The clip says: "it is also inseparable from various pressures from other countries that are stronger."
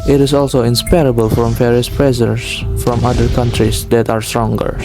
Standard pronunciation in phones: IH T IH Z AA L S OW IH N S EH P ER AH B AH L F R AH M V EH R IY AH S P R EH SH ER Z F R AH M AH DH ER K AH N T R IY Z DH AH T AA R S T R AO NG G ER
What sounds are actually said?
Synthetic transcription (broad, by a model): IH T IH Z AA L S OW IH N S P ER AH B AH L F R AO M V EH R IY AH S P R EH S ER S F R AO M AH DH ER K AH N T R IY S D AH T AA R S T R AO NG G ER